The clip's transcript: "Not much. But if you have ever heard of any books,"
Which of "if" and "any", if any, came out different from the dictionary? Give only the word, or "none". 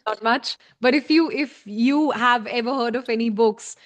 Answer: none